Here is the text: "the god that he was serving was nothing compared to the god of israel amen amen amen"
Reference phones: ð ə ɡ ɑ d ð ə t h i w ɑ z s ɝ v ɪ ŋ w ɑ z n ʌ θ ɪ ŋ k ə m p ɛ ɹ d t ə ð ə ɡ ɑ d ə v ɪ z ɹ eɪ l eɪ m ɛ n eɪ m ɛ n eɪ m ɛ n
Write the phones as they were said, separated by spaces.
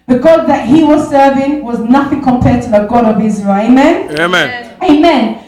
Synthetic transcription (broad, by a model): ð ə ɡ ɑ d ð ə t h i w ɑ z s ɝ v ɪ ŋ w ɑ z n ʌ θ ɪ ŋ k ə m p ɛ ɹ d t ə ð ə ɡ ɑ d ə v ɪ z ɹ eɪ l eɪ m ɛ n eɪ m ɛ n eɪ m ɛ n